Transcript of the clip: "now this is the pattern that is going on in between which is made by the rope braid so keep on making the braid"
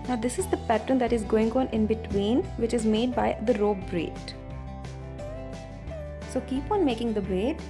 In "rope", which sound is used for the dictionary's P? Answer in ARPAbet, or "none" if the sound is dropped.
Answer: B